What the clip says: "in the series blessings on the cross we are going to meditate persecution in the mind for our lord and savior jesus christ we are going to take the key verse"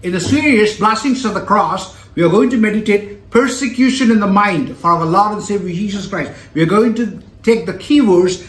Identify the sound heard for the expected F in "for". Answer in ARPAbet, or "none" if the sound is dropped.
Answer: F